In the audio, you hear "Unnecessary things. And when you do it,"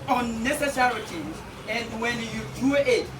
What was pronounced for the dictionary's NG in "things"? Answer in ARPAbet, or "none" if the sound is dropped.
none